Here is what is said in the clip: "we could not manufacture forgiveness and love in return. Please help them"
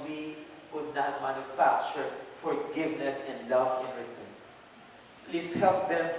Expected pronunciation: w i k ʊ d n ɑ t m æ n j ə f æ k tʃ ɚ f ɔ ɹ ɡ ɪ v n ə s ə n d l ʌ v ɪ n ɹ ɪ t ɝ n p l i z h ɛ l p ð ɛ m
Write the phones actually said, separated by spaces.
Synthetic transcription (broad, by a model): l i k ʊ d n ɑ t m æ n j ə f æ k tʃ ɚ f ɔ ɹ ɡ ɪ v n ə s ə n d l ʌ v ɪ n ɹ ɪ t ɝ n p l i s h ɛ l p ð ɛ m